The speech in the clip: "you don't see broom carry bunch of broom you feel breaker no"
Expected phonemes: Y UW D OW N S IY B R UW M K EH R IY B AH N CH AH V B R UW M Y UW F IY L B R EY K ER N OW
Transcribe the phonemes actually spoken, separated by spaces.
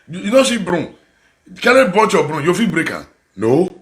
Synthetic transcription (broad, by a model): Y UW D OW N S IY B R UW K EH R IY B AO CH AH B R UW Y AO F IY B R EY K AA N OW